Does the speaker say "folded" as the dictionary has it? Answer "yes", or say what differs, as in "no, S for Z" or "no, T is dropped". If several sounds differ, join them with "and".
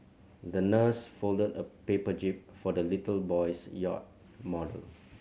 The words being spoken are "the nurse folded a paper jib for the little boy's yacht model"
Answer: yes